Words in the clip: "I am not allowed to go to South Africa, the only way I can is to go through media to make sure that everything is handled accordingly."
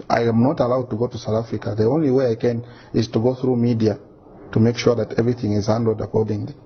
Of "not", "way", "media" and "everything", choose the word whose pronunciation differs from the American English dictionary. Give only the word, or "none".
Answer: none